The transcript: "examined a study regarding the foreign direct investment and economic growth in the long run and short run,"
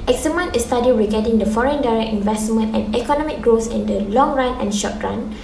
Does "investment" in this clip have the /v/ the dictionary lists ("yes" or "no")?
yes